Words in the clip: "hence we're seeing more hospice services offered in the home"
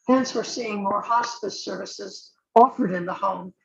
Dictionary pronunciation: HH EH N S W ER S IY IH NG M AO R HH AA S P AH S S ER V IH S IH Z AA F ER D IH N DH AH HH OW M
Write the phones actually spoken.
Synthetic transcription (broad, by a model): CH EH N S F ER S IY IH NG M AO R HH AA S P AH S S ER V IH S IH Z AA F ER D IH N DH AH HH OW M